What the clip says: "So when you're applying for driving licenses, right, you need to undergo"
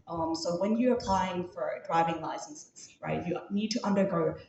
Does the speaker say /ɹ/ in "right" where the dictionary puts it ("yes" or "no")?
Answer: yes